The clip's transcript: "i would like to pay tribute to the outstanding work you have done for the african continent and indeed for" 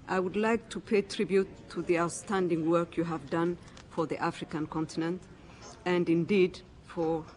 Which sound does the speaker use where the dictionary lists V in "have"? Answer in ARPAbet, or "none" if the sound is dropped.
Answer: V